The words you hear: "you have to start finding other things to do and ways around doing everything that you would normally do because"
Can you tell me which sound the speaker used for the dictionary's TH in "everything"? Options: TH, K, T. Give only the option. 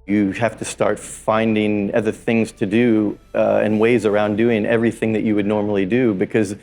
TH